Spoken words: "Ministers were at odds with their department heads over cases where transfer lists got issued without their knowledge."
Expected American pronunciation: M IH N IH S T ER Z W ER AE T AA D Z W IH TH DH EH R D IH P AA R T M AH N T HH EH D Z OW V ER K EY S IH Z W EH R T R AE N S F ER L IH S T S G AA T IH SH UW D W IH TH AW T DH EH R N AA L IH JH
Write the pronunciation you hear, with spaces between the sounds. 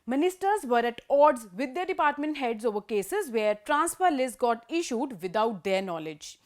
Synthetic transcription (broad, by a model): M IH N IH S T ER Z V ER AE T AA D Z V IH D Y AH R D IH P AA R T M AH N T HH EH D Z OW V ER K EY S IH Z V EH R T R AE N S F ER L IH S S G AA T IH SH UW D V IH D AW T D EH R N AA L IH JH